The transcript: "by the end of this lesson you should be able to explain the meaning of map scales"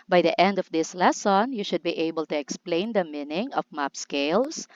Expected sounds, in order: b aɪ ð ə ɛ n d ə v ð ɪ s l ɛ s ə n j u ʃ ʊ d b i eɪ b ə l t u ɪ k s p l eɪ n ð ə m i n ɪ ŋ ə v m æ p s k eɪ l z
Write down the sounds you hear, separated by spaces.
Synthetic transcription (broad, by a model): b aɪ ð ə ɛ n d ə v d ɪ s l ɛ s ə n j u ʃ ʊ d b i eɪ b ə l t u ɪ k s p l eɪ n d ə m i n ɪ ŋ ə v m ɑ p s k eɪ l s